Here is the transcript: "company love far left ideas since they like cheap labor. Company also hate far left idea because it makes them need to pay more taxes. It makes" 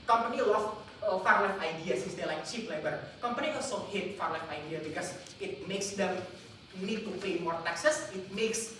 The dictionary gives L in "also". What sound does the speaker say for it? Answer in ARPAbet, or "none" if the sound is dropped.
none